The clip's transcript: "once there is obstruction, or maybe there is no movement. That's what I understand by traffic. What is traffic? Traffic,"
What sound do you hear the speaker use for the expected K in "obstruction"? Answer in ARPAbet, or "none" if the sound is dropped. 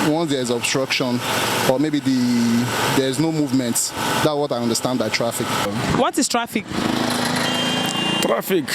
K